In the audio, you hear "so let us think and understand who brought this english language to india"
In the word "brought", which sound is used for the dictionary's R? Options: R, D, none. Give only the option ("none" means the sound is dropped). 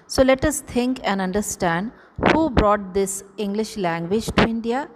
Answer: R